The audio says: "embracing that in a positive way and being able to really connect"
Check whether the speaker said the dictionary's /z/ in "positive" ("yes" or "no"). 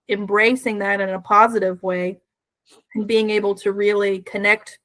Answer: yes